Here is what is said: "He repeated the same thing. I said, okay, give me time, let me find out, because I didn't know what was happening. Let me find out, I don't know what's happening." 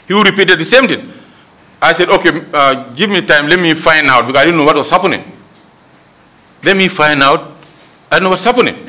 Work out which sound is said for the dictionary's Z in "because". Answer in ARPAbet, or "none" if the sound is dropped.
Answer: none